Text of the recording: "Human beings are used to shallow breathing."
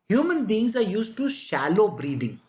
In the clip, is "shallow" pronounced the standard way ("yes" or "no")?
yes